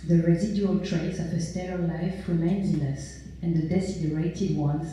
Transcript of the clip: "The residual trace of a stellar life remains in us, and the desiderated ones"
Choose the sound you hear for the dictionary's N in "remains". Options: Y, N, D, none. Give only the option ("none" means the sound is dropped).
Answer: N